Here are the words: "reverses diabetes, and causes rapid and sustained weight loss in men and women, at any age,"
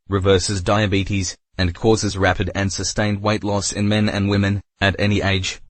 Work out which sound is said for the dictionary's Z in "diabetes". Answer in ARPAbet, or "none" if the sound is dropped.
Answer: Z